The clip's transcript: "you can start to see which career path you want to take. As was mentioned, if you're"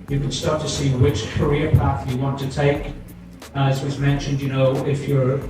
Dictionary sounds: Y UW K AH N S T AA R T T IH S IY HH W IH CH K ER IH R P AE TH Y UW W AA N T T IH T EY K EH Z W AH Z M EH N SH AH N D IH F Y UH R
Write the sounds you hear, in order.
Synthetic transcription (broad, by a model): Y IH K AH N S T AA R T T IH S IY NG W IH CH K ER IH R P AE TH Y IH W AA N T T IH T EY K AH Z W AH Z M EH N SH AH N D IH F Y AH R